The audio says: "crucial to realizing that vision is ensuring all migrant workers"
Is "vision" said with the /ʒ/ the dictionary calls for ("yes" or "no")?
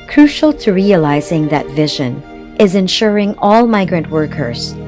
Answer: yes